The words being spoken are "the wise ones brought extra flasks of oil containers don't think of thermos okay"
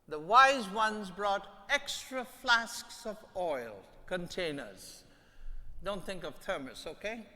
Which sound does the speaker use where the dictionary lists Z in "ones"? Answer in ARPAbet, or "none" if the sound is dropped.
Z